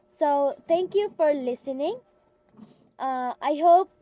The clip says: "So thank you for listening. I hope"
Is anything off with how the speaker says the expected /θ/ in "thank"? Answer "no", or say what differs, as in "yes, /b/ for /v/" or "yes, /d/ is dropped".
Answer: yes, /t/ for /θ/